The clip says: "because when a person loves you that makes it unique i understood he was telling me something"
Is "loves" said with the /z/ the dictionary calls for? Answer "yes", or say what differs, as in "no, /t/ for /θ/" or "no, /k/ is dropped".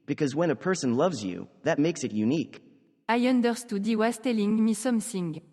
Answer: yes